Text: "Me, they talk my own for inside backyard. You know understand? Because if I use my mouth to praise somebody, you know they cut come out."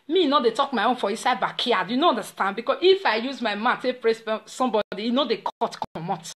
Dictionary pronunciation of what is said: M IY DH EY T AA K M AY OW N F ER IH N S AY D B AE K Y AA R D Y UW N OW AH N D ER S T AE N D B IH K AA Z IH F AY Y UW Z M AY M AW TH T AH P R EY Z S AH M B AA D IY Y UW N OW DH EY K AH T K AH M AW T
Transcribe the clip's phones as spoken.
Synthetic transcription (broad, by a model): M IY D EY T AA K M AY OW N F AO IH S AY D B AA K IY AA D Y UW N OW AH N D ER S T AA N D B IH K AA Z IH F AY Y UW Z M AY M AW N T AH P R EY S S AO M B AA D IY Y N OW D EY K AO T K M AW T